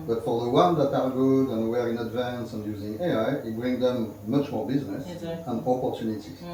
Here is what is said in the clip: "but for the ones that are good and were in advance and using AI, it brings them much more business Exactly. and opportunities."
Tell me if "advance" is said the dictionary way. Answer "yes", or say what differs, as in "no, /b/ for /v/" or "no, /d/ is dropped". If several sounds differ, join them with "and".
yes